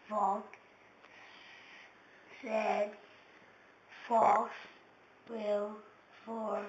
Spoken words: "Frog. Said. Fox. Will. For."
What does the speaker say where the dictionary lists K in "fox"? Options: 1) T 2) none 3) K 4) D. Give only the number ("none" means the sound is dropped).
2